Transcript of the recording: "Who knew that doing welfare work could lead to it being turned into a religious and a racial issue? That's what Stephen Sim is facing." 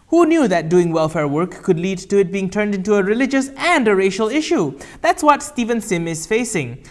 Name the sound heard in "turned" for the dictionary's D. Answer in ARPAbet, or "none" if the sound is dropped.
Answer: D